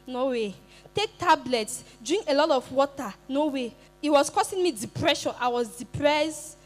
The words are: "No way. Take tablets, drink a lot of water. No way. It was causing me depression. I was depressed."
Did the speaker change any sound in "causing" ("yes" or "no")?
yes